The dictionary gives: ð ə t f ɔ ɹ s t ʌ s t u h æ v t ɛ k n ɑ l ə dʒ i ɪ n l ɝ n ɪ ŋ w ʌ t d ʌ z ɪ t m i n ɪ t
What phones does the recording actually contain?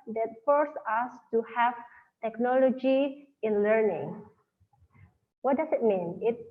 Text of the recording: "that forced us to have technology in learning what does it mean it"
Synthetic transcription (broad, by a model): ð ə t f ɔ ɹ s ʌ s t u h æ v t ɛ k n ɑ l ə dʒ i ɪ n l ɝ n ɪ ŋ w ʌ t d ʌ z ɪ t m i n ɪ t